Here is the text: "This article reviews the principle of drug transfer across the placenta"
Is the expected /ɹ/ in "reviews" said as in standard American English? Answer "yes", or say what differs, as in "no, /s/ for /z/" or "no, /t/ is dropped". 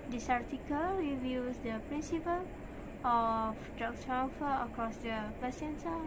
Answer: no, /w/ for /ɹ/